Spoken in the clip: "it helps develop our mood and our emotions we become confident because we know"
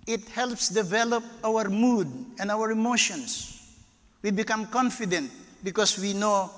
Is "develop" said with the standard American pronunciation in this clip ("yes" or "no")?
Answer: yes